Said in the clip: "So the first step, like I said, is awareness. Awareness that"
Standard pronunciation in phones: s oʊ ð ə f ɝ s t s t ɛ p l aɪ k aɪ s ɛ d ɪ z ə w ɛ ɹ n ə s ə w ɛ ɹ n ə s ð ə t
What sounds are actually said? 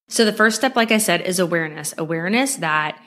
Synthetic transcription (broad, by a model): s oʊ ð ə f ɝ s t s t ɛ p l aɪ k aɪ s ɛ d ɪ z ə w ɛ ɹ n ə s ə w ɛ ɹ n ə s ð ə t